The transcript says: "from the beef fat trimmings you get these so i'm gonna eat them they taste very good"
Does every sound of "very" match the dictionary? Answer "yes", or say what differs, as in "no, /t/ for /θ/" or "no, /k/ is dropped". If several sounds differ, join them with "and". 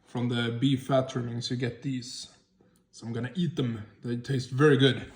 yes